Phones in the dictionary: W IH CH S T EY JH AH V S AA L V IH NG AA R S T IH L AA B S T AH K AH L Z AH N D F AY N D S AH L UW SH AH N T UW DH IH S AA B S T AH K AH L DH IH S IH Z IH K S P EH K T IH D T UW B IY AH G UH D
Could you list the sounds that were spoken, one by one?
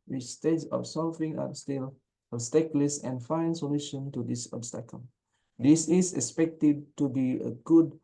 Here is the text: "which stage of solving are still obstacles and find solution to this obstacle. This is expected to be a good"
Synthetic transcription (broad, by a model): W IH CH S T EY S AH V S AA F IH NG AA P S T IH L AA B S T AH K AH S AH N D F AY N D S AH L UW SH AH N T UW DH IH S AA B S T AH K AH L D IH S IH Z IH K S P EH K T IH D T UW B IY AH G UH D